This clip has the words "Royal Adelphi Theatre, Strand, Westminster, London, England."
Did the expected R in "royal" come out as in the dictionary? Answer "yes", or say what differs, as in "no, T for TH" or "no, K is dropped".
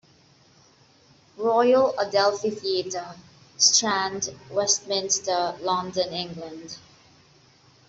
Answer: yes